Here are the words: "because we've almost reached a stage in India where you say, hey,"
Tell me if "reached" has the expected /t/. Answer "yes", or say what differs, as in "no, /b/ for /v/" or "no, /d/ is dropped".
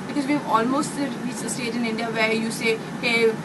no, /t/ is dropped